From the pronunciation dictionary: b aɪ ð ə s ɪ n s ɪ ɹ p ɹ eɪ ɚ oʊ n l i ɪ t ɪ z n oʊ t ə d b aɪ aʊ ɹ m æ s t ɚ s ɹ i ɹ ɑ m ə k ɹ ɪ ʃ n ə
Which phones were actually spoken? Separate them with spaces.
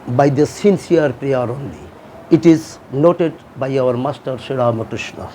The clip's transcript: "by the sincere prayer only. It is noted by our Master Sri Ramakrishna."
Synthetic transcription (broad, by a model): b aɪ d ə s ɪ n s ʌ ɹ p ɹ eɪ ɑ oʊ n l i ɪ t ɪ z n oʊ t ə d b aɪ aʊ ɹ m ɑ s t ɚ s i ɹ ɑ m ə k ɹ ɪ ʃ n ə